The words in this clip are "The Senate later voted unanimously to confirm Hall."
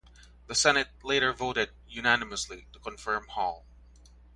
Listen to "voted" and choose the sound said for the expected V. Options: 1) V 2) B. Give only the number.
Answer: 1